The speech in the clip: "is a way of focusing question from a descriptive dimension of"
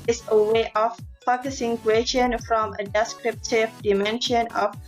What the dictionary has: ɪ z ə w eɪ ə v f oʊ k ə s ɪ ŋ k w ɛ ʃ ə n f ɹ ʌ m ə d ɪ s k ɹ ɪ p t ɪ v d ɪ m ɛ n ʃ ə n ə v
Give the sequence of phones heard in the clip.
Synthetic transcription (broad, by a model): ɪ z ə w eɪ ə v f oʊ k ə s ɪ ŋ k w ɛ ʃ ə n f ɹ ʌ m ə d ɪ s k ɹ ɪ p t ɪ v d ɪ m ɛ n ʃ ə n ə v